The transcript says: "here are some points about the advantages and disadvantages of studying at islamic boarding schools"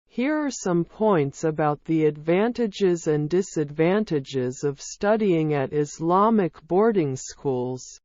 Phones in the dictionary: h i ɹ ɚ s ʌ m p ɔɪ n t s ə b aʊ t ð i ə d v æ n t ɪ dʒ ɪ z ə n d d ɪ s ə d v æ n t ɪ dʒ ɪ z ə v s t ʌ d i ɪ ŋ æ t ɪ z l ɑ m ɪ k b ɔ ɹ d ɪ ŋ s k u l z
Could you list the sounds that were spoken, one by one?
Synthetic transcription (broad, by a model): h i ɹ ɚ s ʌ m p ɔɪ n t s ə b aʊ t ð i ə d v æ n t ɪ dʒ ɪ z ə n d d ɪ s ə d v æ n t ɪ dʒ ɪ z ə v s t ʌ d i ɪ ŋ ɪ t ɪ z l ɑ m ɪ k b ɔ ɹ d ɪ ŋ s k u l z